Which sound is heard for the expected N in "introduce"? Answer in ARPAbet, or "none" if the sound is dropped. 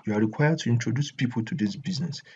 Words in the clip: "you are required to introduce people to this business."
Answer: N